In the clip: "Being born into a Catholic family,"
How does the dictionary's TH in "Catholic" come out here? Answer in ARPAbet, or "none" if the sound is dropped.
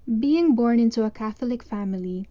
TH